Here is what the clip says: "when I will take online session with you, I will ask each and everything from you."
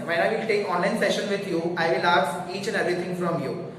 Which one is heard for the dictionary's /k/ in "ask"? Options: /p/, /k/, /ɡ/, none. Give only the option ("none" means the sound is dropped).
none